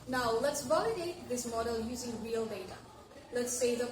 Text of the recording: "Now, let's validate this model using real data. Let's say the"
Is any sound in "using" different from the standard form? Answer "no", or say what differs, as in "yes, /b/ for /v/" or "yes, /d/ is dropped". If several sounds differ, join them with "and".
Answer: no